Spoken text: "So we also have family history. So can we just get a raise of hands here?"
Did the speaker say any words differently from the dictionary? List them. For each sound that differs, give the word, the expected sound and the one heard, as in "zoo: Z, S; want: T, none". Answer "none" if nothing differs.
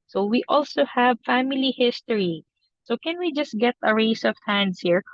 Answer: raise: Z, S; hands: Z, S